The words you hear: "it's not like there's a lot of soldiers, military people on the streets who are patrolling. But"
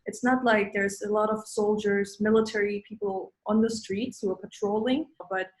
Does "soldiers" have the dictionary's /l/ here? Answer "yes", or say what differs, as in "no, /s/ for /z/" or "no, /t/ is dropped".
yes